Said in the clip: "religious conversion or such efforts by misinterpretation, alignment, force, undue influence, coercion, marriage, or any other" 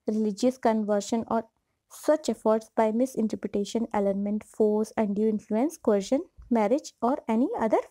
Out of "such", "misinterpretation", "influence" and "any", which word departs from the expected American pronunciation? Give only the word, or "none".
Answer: none